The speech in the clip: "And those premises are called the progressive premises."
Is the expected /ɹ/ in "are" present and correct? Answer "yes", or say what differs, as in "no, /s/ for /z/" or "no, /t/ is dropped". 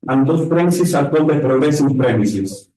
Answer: no, /l/ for /ɹ/